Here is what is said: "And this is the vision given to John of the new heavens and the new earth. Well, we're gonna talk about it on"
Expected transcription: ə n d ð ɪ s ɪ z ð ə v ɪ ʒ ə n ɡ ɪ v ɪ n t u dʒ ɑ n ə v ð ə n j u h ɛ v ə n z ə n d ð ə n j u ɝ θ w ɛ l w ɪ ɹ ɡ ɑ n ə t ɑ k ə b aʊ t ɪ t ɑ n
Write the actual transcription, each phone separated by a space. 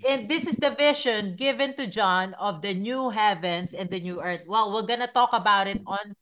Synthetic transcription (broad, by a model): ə n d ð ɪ s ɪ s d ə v ɪ ʃ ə n ɡ ɪ v ɪ n t u dʒ ɑ n ə v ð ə n j u h ɛ v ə n s ə n d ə n j u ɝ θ w ɛ l w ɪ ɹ ɡ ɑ n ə t ɑ k ə b aʊ t ɪ t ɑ n